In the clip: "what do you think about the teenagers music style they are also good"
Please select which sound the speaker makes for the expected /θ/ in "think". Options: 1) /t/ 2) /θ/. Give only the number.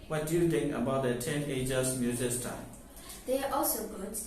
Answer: 1